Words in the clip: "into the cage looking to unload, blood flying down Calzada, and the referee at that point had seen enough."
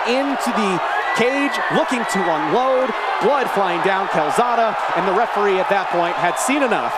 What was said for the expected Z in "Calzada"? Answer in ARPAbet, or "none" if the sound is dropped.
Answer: Z